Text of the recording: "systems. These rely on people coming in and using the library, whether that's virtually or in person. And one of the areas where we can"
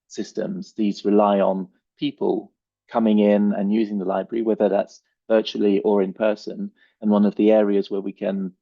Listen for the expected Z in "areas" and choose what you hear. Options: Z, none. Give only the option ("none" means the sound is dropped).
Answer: Z